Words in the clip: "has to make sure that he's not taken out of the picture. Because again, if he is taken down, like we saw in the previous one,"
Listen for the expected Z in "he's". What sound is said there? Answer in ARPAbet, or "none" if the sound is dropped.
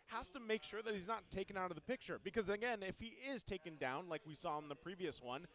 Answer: Z